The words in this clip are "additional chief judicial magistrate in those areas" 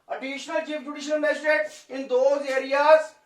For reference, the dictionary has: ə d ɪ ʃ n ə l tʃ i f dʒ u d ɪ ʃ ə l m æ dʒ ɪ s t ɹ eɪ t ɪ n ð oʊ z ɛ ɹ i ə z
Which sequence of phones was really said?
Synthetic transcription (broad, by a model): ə d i ʃ n ə l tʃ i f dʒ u d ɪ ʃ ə l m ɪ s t eɪ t ɪ n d oʊ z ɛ ɹ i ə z